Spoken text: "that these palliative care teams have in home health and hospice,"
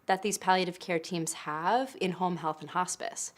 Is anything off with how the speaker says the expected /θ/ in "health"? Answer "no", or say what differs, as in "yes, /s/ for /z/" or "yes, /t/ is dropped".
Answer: no